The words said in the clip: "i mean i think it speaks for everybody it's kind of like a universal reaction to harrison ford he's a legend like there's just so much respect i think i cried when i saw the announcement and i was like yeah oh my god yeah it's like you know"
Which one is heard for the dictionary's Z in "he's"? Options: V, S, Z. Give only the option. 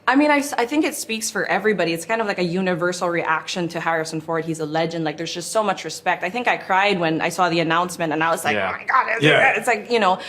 Z